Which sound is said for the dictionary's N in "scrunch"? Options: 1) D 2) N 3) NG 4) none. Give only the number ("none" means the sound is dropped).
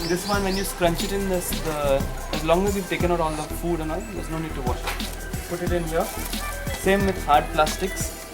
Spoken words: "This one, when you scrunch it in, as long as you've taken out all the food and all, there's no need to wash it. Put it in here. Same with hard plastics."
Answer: 2